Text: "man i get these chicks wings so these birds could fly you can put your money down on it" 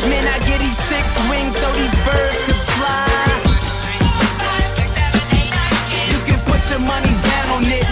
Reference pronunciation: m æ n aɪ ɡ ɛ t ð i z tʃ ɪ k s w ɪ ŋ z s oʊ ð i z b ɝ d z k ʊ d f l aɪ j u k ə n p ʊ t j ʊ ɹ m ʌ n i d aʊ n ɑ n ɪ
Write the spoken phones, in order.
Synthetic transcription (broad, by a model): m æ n aɪ ɡ ɛ t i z s ɪ k s w ɪ ŋ z s oʊ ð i z b ɝ d z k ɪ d f l aɪ j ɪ k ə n p ʊ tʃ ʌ ɹ m ʌ n i d aʊ n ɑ n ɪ